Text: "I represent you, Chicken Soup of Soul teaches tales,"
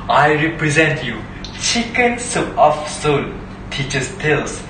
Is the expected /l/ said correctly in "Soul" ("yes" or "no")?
no